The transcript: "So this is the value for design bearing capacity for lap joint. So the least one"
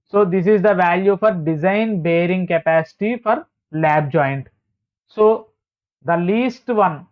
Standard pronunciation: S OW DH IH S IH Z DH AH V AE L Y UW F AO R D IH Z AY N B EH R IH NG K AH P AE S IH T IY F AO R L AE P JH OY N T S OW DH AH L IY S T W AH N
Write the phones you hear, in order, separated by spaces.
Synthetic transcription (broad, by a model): S OW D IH S IH Z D AH V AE L Y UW F AO R D IH Z AY N B EH R IH NG K AH P AE S IH T IY F AO R L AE B JH OY N T S OW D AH L IY S T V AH N